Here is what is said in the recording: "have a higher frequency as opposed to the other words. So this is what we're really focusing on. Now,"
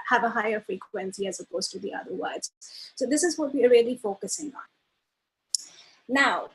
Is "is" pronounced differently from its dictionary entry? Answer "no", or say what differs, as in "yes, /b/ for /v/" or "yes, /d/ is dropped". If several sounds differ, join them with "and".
no